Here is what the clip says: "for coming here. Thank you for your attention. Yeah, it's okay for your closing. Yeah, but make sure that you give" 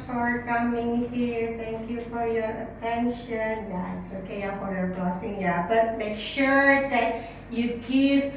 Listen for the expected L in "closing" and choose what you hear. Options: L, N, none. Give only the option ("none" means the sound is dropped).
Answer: none